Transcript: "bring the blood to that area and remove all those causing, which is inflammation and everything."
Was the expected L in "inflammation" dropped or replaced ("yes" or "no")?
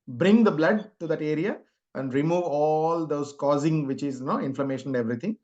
no